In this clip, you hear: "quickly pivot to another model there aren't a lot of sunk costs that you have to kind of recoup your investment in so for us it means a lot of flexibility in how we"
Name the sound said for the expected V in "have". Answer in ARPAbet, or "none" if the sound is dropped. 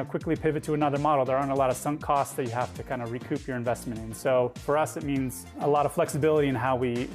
F